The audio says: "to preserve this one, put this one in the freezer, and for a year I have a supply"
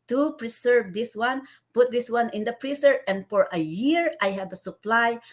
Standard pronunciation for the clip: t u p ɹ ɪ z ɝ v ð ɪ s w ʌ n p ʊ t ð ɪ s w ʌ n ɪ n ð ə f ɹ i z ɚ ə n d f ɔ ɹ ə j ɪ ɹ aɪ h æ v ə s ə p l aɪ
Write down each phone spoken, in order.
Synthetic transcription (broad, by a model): t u p ɹ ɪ s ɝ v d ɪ s w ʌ n p ʊ t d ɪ s w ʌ n ɪ n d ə p ɹ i s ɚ ə n d f ɔ ɹ ə j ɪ ɹ aɪ h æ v ə s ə p l aɪ